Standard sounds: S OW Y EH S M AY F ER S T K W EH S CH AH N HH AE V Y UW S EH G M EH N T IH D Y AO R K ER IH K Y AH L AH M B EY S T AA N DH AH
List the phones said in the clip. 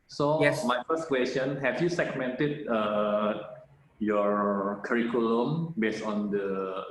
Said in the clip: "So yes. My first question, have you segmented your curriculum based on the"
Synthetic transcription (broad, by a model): S OW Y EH M AY F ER S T K W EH S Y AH N HH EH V Y UW S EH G M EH N T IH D Y AO R K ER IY K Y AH L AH M B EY S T AA N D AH